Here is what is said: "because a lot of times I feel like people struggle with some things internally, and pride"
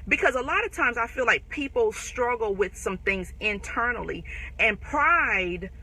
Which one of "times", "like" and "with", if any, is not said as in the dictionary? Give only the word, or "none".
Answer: none